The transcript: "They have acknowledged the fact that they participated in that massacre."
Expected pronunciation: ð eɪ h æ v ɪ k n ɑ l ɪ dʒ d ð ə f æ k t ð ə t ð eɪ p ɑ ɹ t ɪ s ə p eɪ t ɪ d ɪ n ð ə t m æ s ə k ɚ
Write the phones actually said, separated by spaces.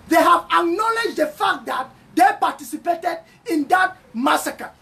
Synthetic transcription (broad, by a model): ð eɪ h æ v ɪ k n ɑ l ɪ dʒ d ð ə f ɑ k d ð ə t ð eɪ p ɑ t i s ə p eɪ t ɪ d ɪ n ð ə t m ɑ s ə k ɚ